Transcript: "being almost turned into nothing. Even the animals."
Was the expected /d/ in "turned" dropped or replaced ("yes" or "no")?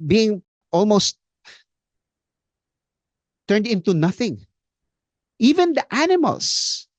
no